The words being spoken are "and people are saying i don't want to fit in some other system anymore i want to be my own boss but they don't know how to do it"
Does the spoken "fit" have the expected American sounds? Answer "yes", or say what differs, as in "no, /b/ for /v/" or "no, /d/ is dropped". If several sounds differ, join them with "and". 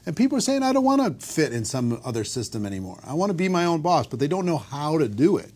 yes